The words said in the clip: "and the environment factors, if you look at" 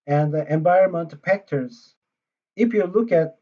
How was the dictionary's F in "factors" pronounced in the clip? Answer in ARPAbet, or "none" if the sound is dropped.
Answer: P